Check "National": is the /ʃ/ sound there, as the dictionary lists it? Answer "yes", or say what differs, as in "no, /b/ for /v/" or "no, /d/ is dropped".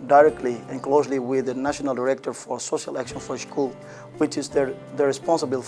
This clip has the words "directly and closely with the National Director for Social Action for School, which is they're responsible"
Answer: yes